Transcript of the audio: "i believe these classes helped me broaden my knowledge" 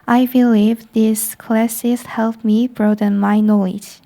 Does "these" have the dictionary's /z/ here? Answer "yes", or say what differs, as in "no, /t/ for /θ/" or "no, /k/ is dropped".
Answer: no, /s/ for /z/